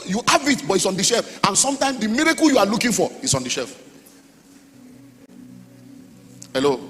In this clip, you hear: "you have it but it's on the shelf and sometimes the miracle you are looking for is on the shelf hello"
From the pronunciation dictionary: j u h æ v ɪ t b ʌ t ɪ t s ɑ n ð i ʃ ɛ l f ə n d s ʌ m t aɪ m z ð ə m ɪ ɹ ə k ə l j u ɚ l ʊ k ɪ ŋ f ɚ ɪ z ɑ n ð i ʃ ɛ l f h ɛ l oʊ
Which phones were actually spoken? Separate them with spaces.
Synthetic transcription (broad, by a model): j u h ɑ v ɪ t b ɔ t ɪ t s ɑ n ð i ʃ ɛ l f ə n s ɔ m t aɪ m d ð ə m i ɹ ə k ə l j u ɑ l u k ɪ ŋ f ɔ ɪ s ɑ n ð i ʃ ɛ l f h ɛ l oʊ